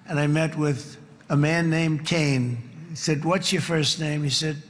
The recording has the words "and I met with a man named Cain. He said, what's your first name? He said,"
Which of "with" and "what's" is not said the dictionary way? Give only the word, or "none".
none